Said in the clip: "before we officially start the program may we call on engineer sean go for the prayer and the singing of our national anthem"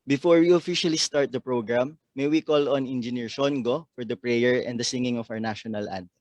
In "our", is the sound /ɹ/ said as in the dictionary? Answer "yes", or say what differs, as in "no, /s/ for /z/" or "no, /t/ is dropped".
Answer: no, /w/ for /ɹ/